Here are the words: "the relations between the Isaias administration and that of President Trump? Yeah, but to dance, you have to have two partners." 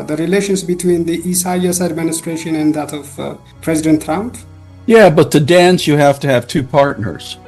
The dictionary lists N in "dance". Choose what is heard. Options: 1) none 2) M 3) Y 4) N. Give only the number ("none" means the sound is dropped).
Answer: 4